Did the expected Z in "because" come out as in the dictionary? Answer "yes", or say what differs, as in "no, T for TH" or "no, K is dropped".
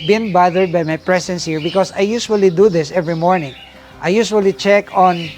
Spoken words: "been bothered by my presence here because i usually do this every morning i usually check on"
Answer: no, S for Z